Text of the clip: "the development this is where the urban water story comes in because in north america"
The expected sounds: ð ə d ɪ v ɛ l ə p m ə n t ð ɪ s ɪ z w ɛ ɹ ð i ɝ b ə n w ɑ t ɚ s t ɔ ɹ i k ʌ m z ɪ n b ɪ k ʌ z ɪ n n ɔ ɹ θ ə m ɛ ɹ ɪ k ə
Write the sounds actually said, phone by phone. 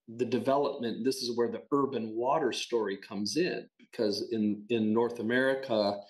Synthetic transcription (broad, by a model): ð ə d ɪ v ɛ l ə p m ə n ð ɪ s ɪ z w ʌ ɹ ð i ɝ b ə n w ɑ t ɚ s t ɔ ɹ i k ʌ m z ɪ n b ɪ k ʌ z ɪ n n ɔ ɹ θ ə m ɛ ɹ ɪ k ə